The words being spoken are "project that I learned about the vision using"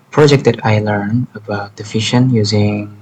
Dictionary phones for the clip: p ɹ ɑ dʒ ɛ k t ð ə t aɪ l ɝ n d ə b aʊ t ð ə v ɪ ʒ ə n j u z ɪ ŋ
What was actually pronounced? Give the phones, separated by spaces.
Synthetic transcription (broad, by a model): p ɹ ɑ dʒ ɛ k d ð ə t aɪ l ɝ n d ə b aʊ t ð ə f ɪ ʃ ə n j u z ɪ ŋ